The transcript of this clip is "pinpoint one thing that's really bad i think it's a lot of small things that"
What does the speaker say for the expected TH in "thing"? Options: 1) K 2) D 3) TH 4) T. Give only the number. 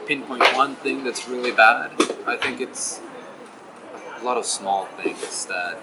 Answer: 3